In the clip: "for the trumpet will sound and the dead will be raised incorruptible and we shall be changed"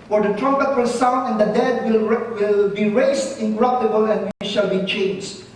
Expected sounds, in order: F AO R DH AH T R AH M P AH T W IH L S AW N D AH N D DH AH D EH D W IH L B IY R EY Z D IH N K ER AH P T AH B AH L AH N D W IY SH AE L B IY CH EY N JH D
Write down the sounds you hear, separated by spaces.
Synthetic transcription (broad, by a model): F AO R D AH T R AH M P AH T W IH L S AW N AH N D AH D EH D W IH L B IY R EY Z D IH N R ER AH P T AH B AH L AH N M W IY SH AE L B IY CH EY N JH